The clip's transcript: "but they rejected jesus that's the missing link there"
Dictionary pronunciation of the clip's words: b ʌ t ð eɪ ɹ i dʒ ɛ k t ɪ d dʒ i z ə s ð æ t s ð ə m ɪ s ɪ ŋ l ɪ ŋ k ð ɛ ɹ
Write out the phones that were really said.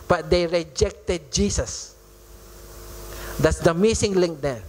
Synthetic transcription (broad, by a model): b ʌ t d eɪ ɹ i dʒ ɛ k t ɪ d dʒ i s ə s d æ t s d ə m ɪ s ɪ ŋ l ɪ ŋ k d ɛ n